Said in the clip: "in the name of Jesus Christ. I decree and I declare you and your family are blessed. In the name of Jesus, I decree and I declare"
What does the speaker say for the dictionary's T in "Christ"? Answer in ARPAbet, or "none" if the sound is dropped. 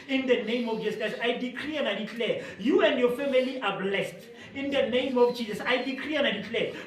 none